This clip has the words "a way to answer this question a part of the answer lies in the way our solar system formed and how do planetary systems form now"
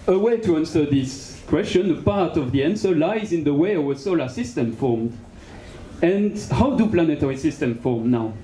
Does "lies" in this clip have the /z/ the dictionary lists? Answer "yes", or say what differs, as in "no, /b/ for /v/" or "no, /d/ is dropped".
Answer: yes